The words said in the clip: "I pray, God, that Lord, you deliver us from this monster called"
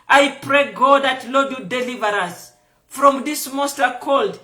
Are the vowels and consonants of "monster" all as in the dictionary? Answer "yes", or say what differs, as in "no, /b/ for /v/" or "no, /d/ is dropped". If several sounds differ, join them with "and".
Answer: no, /n/ is dropped